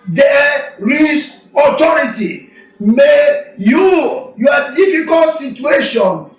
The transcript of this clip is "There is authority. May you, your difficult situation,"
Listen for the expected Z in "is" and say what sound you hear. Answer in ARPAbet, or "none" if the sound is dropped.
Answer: S